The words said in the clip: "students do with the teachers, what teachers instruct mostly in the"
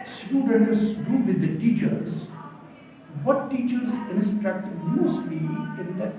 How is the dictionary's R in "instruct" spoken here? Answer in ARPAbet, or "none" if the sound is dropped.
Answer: R